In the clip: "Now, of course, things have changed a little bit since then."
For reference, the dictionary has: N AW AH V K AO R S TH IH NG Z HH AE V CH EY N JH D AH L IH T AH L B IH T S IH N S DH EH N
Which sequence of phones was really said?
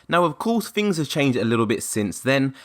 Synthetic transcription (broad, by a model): N AW AH V K AO S TH IH NG Z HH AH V CH EY N JH D AH L IH T L B IH T S IH N S DH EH N